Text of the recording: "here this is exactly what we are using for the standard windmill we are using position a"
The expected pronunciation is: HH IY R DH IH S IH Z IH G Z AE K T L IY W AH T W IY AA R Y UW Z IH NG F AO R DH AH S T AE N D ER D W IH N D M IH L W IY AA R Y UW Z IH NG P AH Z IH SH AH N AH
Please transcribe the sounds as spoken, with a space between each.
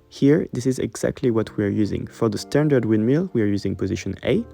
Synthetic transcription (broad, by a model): HH IY R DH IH S IH Z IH G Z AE K T L IY W AH T W IY AA R Y UW Z IH NG F AO R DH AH S T AE N D ER D W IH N M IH L W IY AA R Y UW Z IH NG P AH Z IH SH AH N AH